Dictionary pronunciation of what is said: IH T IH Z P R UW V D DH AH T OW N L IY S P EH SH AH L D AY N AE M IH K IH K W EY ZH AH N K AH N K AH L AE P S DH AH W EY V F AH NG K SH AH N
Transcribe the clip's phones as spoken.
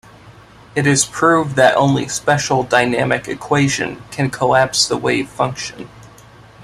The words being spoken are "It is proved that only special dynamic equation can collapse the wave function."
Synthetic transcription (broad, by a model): IH T IH Z P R UW V DH AH T OW N L IY S P EH SH L D AY N AE M IH K IH K W EY ZH AH N K AH N K AH L AE P S DH AH W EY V F AH NG K SH AH N